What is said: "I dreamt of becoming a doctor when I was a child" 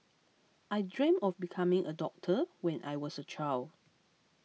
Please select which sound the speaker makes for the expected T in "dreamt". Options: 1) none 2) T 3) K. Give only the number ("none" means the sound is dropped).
1